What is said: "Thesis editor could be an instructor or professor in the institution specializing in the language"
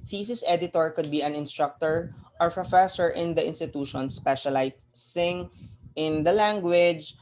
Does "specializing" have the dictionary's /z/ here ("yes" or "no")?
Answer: no